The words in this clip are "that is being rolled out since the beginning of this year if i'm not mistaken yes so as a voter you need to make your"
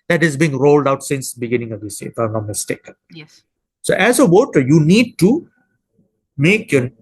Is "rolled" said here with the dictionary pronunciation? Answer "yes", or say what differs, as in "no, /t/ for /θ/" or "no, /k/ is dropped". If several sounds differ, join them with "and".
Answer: yes